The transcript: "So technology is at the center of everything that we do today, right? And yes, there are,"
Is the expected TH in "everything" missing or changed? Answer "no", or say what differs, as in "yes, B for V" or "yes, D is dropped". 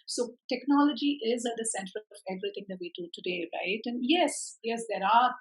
yes, T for TH